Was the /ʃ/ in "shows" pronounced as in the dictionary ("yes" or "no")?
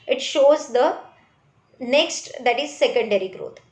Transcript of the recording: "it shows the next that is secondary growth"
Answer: yes